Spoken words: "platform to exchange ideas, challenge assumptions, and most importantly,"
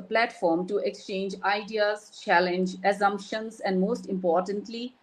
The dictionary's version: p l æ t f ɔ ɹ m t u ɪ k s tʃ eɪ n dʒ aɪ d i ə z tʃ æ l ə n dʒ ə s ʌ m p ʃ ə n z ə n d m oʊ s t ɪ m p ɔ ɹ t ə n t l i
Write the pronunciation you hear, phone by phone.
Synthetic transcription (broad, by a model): p l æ t f ɔ ɹ m t u ɪ k s tʃ eɪ n dʒ aɪ d i ə z tʃ æ l ə n dʒ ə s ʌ m p ʃ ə n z ə n d m oʊ s t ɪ m p ɔ ɹ t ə n t l i